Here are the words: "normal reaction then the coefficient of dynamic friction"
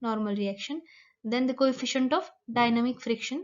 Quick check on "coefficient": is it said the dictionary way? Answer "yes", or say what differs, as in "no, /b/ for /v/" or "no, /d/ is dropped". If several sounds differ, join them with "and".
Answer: yes